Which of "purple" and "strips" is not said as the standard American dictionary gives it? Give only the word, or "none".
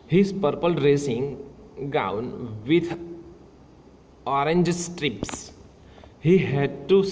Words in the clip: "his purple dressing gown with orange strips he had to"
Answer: none